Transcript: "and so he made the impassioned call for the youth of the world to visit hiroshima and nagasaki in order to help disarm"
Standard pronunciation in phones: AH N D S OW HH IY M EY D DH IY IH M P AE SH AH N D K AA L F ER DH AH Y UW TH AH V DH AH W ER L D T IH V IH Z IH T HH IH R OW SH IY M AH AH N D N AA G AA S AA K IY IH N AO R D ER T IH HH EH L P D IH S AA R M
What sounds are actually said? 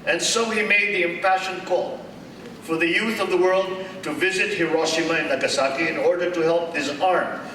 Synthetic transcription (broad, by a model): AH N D S OW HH IY M EY D DH IY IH M P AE SH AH N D K AA L F ER DH AH Y UW TH AH V DH AH W ER L D T IH V IH Z IH T HH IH R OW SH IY M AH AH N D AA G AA S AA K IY IH N AO R D ER T IH HH EH L P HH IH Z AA R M